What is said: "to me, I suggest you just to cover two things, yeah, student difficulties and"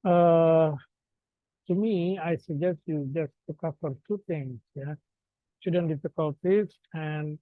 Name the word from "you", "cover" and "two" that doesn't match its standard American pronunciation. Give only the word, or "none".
cover